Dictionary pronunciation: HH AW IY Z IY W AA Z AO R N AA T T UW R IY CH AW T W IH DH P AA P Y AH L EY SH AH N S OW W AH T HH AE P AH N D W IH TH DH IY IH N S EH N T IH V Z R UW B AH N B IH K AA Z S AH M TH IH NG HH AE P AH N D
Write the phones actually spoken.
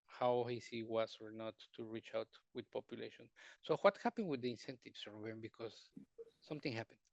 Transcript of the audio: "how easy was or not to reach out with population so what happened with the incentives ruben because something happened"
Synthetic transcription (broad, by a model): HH AW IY S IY W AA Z AO R N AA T T UW R IY CH AW T W IH DH P AA P Y AH L EY SH AH N S OW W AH T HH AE P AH N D W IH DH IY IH N S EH N T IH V S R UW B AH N B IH K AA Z S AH M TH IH NG HH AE P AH N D